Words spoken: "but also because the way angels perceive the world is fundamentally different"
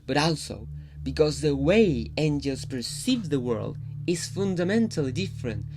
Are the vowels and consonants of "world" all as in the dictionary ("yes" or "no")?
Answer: yes